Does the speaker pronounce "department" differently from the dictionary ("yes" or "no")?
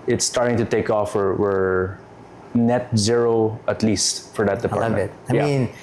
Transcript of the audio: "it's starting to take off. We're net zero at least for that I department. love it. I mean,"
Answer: yes